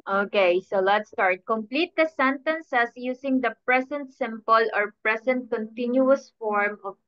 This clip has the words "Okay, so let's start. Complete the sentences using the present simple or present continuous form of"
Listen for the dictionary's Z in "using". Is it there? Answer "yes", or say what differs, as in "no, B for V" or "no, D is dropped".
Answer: no, S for Z